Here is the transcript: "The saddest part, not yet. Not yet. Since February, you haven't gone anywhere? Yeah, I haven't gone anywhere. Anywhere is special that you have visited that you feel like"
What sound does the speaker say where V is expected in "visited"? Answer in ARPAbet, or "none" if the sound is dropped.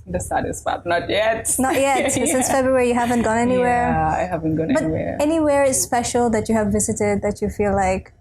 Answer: V